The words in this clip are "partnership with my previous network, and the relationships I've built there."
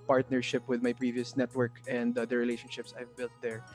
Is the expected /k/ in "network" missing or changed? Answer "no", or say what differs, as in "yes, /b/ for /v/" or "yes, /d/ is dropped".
no